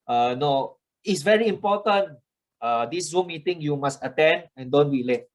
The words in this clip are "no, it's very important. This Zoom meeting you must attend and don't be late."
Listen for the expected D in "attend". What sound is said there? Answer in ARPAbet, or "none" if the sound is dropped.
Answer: D